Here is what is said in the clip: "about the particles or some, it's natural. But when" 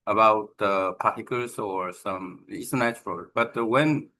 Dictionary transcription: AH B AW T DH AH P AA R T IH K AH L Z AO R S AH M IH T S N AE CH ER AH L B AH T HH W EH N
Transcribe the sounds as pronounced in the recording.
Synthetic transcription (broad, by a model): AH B AW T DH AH P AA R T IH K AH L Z AO R S AH M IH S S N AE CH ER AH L B AH T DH W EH N